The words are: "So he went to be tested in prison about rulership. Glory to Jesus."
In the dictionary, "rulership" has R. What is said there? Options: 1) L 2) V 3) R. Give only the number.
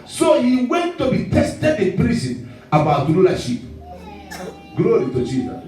1